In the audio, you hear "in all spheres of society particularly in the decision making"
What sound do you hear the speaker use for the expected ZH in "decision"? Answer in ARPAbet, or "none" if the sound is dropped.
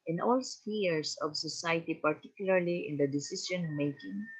S